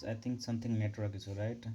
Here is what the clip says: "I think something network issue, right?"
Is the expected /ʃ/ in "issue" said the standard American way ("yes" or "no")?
no